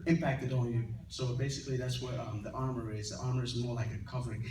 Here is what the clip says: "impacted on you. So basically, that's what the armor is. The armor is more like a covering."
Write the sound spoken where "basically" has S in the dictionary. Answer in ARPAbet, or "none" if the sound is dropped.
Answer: S